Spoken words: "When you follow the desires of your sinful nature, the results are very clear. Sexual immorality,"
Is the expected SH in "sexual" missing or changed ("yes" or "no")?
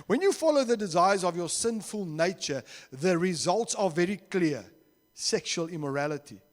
no